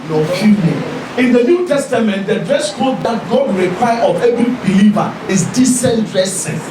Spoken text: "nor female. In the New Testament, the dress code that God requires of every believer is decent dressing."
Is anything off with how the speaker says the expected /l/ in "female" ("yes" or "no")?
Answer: yes